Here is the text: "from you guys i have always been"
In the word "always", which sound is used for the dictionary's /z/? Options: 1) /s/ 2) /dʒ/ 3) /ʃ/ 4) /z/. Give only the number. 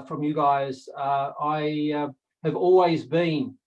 4